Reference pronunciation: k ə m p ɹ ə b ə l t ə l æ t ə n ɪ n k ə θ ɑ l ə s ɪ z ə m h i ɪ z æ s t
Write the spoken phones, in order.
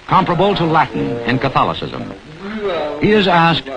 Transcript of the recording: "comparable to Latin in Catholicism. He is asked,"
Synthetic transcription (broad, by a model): k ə m p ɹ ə b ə l t ə l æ t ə n ɪ n k ə θ ɑ l ə s ɪ z ə m h i ɪ z æ s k